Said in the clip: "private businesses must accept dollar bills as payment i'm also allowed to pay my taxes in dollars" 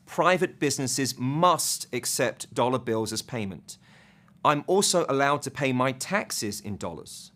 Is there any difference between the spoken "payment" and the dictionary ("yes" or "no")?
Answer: no